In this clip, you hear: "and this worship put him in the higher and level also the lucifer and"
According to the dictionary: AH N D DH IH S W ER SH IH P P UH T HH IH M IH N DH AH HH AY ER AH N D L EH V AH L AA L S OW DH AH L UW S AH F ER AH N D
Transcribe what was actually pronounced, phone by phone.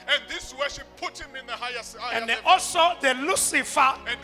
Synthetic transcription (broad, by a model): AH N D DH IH S W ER SH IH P P UH T HH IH M IH N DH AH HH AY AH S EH AH AA L S OW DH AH L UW S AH F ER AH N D